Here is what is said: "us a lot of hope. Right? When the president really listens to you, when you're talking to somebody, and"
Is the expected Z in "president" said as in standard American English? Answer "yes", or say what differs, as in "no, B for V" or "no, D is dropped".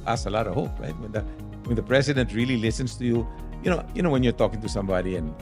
no, S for Z